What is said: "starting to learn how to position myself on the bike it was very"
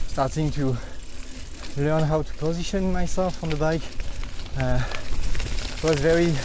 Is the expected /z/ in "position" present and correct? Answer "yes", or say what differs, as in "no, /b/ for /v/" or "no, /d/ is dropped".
yes